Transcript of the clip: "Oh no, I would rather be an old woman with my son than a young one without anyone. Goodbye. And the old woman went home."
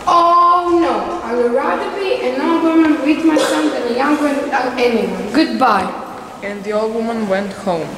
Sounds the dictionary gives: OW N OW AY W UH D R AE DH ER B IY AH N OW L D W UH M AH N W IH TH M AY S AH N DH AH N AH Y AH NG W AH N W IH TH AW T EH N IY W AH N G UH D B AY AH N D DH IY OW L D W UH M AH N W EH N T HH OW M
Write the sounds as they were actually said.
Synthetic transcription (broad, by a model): OW N OW AY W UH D R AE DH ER B IY AH N OW L D W UH M AH N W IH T M AY S AH N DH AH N AH Y AH NG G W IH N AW EH N IY W AH N G UH D B AY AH N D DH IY OW L D W UH M AH N W EH N T HH OW M